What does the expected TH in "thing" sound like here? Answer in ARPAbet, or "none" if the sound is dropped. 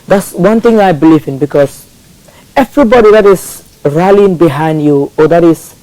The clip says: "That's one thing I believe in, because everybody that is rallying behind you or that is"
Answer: T